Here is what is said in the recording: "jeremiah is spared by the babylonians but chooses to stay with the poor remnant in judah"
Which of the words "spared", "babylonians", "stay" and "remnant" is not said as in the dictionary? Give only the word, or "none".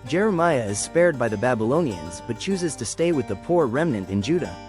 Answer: none